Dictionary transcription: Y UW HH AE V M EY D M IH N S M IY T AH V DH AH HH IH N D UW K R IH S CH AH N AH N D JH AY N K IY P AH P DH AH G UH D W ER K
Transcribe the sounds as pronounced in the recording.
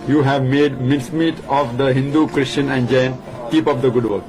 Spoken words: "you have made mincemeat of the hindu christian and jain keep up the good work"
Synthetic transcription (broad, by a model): Y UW HH AE V M EY D M IH N S M IY T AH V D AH HH IH N D UW K R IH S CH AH N AH N D JH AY N K IY P AH P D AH G UH D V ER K